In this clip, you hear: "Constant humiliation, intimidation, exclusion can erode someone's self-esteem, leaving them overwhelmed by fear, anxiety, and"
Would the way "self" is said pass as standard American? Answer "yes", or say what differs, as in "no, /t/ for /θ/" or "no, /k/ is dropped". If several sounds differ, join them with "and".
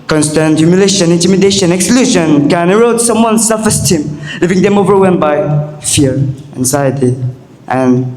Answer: no, /l/ is dropped